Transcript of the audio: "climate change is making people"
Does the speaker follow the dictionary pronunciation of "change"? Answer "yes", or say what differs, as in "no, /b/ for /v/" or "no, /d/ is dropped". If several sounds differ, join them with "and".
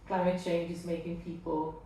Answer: yes